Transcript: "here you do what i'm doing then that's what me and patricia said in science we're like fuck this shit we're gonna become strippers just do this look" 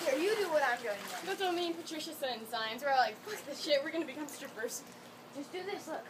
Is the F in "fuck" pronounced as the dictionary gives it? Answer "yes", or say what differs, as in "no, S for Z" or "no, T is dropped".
no, P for F